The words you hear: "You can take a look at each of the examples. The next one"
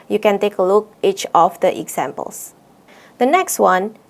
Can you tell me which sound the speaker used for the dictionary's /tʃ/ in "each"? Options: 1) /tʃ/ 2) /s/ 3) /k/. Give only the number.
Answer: 1